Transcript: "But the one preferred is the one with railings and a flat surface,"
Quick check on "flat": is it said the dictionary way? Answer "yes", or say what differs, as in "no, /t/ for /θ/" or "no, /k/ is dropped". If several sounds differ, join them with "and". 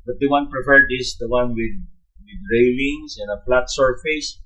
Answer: no, /p/ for /f/